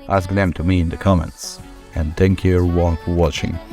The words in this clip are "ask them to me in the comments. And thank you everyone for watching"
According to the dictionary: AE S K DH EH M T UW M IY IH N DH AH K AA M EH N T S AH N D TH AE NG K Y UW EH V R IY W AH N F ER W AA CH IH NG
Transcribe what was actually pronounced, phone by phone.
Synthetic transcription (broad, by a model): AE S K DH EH M T UW M IY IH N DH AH K AA M EH N T S AH N D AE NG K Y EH R W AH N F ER W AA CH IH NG